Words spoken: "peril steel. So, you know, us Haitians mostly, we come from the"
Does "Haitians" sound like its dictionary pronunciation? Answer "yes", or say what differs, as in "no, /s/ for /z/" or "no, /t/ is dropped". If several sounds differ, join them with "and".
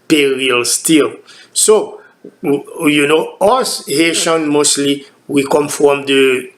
no, /z/ is dropped